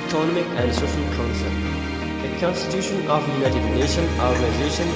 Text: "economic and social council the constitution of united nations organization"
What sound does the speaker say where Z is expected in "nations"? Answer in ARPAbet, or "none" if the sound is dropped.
none